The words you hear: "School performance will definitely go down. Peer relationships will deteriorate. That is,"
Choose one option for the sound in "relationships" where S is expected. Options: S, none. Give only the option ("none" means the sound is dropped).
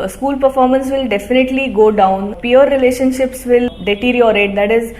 S